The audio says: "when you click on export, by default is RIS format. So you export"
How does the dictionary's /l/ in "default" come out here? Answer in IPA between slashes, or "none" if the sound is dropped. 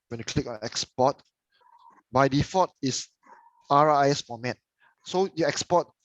none